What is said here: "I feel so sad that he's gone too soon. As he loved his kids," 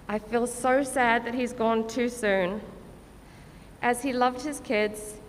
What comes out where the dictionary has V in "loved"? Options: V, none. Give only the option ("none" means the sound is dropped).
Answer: V